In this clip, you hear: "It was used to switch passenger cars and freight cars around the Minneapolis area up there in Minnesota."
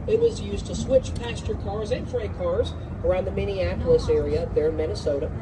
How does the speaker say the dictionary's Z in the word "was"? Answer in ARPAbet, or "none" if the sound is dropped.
Z